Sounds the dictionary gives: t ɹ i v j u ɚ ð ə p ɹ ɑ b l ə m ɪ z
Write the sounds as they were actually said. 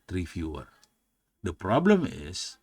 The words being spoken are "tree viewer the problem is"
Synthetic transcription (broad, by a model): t ɹ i f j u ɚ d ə p ɹ ɑ b l ə m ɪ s